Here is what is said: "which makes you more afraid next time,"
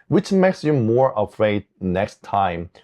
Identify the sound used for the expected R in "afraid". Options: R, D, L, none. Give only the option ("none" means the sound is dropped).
R